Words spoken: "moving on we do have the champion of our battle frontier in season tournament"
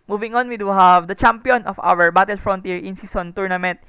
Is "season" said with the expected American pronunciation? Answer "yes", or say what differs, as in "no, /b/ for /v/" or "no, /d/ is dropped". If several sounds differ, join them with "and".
no, /s/ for /z/